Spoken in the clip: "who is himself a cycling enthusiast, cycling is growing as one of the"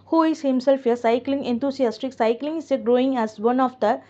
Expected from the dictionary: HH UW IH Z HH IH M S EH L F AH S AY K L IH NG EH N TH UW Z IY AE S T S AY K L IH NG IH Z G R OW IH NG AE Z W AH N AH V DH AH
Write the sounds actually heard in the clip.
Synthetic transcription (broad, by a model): HH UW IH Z HH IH M S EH L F AH S AY K L IH NG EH N T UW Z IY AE S T S AY K L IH NG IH G R OW IH NG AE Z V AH N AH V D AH